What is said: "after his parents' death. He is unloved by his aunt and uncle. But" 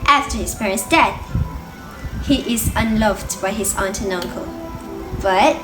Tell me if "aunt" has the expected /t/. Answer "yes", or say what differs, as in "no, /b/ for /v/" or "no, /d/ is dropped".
yes